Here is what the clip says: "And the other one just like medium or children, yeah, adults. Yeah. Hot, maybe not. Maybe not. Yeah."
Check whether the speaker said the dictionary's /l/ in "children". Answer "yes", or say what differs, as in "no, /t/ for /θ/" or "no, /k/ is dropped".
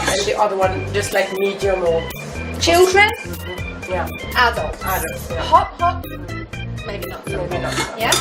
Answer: yes